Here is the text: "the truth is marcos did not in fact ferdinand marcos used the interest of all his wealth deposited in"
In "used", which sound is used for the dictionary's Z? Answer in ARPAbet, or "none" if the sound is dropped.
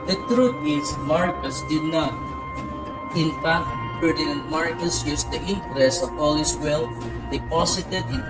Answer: S